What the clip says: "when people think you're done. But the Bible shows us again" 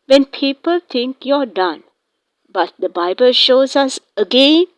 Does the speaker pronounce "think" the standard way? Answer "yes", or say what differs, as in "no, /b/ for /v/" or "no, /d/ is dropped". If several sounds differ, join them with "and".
no, /t/ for /θ/